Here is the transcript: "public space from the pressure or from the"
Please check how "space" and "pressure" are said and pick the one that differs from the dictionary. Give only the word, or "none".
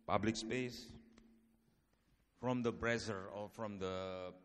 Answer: pressure